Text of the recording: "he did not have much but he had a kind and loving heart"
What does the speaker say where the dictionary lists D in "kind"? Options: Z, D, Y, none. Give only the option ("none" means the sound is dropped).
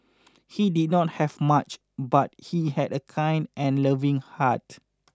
D